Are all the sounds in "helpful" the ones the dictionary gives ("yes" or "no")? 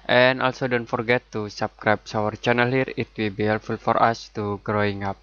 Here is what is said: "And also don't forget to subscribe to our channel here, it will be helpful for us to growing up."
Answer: no